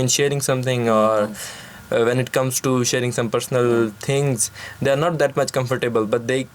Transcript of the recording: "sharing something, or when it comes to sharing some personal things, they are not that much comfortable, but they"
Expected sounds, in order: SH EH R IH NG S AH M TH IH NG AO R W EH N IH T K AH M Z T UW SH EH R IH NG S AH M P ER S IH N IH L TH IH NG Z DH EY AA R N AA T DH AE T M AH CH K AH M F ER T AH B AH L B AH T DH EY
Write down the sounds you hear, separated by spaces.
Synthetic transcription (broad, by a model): SH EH R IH NG S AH M T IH NG AO R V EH N IH T K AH M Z T UW SH EH R IH NG S AH M P ER S IH N IH L T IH NG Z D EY AA R N AA T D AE T M AH CH K AH M F ER T AH B AH L B AH T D EY